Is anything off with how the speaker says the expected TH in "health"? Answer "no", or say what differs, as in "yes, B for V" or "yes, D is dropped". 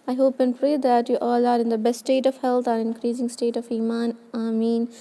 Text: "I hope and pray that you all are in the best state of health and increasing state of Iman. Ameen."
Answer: yes, T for TH